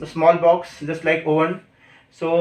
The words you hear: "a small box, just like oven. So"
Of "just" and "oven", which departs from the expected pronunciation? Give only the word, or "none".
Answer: oven